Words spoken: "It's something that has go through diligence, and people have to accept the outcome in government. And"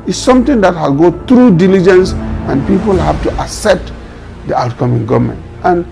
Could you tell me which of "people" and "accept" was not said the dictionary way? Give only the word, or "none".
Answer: accept